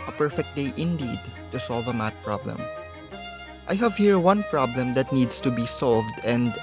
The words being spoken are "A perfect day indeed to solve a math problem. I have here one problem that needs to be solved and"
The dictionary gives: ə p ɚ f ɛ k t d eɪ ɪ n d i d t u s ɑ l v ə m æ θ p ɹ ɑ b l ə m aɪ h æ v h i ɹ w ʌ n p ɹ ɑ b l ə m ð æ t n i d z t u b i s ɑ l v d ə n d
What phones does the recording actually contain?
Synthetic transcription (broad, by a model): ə p ɚ f ɛ k t d eɪ ɪ n d i d t u s ɑ l v ə m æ t p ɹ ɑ b l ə m aɪ h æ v h i ɹ w ʌ n p ɹ ɑ b l ə m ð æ t n i d s t u b i s ɑ l v d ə n d